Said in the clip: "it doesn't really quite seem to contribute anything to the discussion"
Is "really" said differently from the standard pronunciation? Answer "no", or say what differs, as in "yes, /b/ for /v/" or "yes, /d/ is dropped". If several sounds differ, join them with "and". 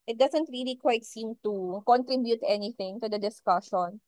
no